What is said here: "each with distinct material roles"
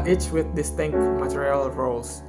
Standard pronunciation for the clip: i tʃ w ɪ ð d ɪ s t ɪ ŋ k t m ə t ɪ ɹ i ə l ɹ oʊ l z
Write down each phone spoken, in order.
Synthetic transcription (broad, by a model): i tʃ w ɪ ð d ɪ s t ɪ ŋ k t m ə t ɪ ɹ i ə l ɹ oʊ l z